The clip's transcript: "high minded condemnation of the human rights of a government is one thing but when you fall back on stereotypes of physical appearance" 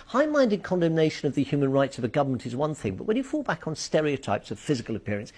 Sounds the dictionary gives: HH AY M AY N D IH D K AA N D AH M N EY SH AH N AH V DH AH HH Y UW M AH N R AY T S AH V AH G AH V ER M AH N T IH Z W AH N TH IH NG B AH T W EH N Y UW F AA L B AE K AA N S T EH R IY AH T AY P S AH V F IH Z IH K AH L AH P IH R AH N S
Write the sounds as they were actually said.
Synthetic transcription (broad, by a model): HH AY M AY N D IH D K AA N D AH M N EY SH AH N AH V DH AH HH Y UW M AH N R AY T S AH V AH G AH V ER M AH N T IH Z W AH N TH IH NG B AH T W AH N Y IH F AA L B AE K N S T EH R IY AH T AY P S AH V F IH Z IH K AH L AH P IH R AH N S